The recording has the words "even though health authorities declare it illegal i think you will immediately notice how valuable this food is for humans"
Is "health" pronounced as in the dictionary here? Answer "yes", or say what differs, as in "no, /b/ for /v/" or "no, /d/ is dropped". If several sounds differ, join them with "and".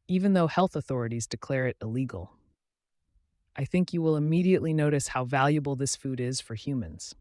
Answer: yes